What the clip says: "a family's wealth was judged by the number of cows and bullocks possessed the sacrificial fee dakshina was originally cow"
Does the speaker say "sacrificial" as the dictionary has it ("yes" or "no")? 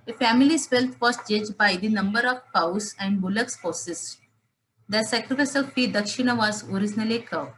no